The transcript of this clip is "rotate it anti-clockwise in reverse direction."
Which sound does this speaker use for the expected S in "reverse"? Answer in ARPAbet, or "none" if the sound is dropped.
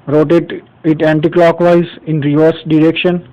S